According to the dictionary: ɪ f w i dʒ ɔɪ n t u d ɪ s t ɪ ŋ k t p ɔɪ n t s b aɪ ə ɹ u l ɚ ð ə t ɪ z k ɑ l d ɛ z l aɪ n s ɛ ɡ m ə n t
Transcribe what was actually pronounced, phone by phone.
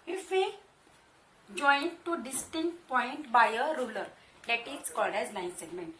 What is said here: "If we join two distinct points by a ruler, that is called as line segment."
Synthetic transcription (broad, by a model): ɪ f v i dʒ ɔɪ n t u d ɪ s t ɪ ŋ k t p ɔɪ n t b aɪ ə ɹ u l ɚ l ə t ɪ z k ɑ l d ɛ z l aɪ n s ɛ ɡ m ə n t